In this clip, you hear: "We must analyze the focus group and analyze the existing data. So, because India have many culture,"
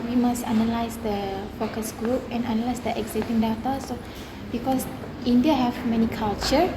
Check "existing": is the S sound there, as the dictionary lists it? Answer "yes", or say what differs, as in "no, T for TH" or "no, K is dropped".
no, S is dropped